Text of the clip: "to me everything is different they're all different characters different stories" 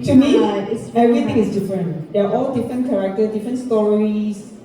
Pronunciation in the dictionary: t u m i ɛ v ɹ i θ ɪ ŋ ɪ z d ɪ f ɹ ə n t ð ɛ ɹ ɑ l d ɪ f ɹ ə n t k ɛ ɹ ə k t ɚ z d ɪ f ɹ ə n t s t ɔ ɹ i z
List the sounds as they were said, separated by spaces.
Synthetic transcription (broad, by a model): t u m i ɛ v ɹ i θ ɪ ŋ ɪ s d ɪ f ɹ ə n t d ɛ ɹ ɑ l d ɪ f ɹ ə n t k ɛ ɹ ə k t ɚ d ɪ f ɹ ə n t s t ɔ ɹ i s